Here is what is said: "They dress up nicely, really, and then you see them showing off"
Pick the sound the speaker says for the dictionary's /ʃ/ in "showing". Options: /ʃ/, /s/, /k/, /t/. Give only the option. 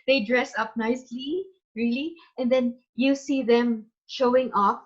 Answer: /ʃ/